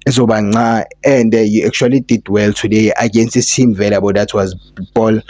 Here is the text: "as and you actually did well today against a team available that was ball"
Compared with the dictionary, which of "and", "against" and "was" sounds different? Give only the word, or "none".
none